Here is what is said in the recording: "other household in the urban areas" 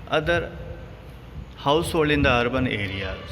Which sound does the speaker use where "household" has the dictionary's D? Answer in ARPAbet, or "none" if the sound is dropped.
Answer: none